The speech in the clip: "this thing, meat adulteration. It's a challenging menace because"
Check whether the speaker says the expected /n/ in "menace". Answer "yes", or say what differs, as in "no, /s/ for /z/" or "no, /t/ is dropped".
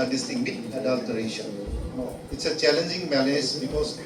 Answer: no, /l/ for /n/